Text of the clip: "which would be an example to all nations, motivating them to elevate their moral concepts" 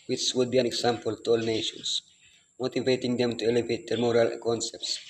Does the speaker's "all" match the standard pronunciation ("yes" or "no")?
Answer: yes